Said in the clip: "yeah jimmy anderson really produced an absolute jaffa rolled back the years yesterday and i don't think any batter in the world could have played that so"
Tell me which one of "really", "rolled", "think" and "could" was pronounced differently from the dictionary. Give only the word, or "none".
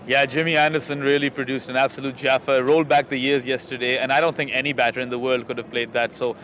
none